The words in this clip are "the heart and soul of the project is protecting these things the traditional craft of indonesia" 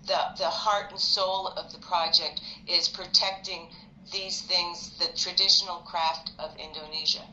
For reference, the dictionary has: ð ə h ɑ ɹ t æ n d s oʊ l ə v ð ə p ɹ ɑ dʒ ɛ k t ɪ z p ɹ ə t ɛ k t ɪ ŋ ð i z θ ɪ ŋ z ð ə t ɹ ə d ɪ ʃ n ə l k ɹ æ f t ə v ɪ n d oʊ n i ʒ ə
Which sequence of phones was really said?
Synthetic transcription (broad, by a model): ð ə h ɑ ɹ t n s oʊ l ə v ð ə p ɹ ɑ dʒ ɛ k t ɪ z p ɹ ə t ɛ k t ɪ ŋ ð i z θ ɪ ŋ z ð ə t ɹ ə d ɪ ʃ n l k ɹ æ f t ə v ɪ n d oʊ n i ʒ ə